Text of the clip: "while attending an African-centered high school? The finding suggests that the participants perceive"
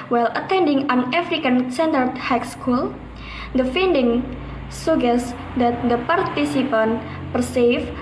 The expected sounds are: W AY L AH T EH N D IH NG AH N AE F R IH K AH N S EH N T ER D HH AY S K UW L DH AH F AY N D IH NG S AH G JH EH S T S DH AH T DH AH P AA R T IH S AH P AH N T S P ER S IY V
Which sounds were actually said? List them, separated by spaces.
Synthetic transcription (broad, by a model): W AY L AH T EH N D IH NG AH N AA F R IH K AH N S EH N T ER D HH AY S K UW L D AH F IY N D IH NG S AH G EH S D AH T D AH P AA R T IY S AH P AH N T P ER S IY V